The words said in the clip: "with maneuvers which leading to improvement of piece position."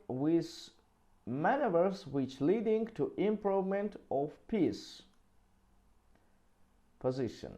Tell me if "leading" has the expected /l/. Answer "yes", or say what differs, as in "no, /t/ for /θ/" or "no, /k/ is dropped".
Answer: yes